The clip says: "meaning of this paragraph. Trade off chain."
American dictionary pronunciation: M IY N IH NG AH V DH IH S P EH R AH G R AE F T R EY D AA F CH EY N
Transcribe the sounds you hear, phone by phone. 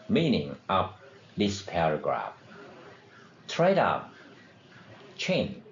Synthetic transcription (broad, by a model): M IY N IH NG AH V DH IH S P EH R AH G R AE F T R EY D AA P CH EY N